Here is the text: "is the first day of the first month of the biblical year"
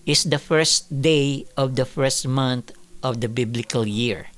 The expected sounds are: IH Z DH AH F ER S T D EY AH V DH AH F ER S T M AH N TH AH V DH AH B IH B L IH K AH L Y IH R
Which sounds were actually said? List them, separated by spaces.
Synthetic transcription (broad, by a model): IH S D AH F ER S T D EY AH V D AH F ER S T M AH N T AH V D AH B IH B L IH K AH L Y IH R